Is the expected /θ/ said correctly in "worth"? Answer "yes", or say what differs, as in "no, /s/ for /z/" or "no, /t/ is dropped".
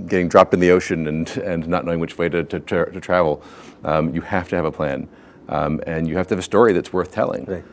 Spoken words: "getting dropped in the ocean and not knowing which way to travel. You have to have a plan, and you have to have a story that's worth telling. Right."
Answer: yes